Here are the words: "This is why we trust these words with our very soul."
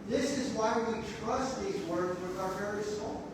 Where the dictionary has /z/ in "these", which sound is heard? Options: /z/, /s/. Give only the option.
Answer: /z/